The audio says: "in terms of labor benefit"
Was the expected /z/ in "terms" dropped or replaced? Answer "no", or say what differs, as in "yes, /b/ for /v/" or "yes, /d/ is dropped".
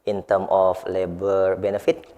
yes, /z/ is dropped